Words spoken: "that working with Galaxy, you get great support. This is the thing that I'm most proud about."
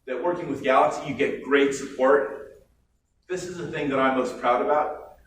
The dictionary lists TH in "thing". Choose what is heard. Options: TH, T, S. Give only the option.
TH